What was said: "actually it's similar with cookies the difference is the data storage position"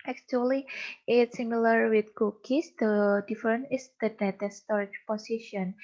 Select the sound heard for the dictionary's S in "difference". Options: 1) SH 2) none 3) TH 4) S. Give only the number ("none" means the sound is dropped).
2